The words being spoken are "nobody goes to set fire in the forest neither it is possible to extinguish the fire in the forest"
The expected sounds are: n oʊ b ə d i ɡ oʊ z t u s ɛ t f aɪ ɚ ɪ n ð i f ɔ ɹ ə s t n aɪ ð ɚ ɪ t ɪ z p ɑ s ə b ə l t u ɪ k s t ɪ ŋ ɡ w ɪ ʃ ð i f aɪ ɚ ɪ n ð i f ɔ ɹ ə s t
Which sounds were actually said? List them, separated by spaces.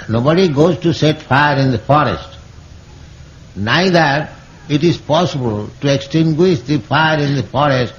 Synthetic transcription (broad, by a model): n oʊ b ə d i ɡ oʊ z t u s ɛ t f aɪ ɚ ɪ n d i f ɔ ɹ ə s t n aɪ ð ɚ ɪ t ɪ z p ɑ s ə b ə l t u ɪ k s t ɪ ŋ ɡ w ɪ ʃ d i f aɪ ɚ ɪ n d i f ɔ ɹ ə s t